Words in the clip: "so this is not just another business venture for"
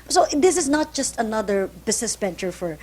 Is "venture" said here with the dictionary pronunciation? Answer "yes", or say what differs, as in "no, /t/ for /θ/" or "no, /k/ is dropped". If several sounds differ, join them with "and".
no, /b/ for /v/